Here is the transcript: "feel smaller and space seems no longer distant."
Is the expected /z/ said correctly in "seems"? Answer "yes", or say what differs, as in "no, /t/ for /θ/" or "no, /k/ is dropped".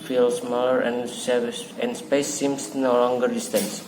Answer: no, /s/ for /z/